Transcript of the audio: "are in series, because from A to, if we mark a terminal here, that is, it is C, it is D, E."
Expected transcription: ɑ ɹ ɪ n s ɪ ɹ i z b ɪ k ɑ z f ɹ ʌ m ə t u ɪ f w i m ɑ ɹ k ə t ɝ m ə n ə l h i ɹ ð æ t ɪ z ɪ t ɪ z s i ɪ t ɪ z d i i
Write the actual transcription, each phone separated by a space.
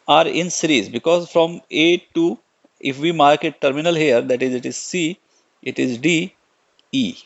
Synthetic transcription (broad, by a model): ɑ ɹ ɪ n s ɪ ɹ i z b ɪ k ɑ z f ɹ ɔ m ə t u ɪ f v i m ɑ ɹ k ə t ɝ m ə n ə l h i ɹ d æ t ɪ z ɪ t ɪ z s i ɪ t ɪ z d i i